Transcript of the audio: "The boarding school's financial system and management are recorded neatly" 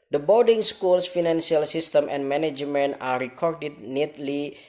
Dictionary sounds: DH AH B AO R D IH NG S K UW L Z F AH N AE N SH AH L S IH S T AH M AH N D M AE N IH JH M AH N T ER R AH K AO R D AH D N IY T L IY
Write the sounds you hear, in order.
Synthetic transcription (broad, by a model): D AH B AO L D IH NG S K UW L S F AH N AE N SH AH L S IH S T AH M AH N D M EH N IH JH M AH N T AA R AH K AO R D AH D N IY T L IY